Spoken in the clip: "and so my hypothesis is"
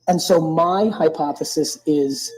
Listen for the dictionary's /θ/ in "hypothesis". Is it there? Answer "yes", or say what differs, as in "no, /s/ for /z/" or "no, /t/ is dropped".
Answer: yes